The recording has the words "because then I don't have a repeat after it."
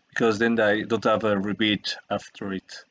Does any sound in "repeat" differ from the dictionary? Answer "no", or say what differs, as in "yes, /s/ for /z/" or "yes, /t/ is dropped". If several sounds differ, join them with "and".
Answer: yes, /b/ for /p/